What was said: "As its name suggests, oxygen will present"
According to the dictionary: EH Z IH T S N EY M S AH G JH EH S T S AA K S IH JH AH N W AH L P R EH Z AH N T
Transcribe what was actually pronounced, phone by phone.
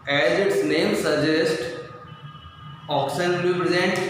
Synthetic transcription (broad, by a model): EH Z IH T S N EY M S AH JH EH S T AA K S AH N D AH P R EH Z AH N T